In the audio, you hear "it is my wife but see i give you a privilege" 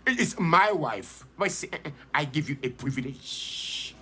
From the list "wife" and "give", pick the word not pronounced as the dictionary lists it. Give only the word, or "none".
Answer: none